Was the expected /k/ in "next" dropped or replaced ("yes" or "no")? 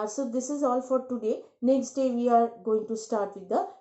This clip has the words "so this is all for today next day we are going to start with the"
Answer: no